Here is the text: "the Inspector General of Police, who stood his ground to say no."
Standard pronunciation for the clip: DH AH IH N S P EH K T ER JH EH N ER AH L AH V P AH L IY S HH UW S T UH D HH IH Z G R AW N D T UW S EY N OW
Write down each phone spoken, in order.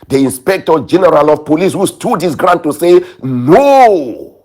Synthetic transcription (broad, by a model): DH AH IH N S P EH K T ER JH EH N ER AH L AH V P AH L IY S HH UW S T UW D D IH S G R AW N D T UW S EY N OW